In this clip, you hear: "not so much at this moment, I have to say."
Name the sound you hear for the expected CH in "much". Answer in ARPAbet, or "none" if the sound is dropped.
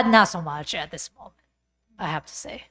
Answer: CH